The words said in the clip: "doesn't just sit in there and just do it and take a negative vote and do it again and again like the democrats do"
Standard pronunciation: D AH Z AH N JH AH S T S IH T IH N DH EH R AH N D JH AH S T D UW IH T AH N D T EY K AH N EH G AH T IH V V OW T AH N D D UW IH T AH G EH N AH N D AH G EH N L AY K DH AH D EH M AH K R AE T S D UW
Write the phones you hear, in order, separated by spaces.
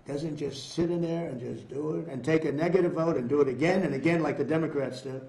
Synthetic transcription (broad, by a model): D AH Z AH N JH AH S T S IH T IH N DH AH R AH N JH AH S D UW IH T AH N T EY K AH N EH G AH T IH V V OW T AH N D D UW IH T AH G EH N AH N AH G EH N L AY K DH AH D EH M AH K R AE T S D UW